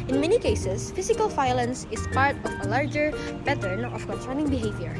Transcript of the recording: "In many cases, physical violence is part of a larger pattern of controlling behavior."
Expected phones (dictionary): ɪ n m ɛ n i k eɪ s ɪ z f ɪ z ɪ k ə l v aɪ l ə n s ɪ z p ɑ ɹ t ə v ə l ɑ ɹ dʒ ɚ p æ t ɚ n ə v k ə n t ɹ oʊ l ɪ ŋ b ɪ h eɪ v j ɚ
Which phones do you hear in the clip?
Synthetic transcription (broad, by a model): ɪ n m ɛ n i k eɪ s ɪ s f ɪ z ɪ k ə l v aɪ l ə n s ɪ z p ɑ ɹ t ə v ə l ɑ ɹ dʒ ɚ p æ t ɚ n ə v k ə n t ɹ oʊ n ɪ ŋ b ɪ h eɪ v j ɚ